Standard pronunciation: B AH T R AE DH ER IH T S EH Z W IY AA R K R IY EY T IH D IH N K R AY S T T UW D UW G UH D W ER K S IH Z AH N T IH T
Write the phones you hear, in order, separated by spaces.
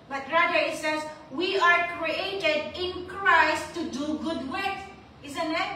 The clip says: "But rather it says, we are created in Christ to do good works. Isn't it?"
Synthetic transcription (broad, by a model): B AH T R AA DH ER IH T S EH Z W IY AA R K R IY EY T IH D IH N K R AY S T T UW D UW G UH D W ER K IH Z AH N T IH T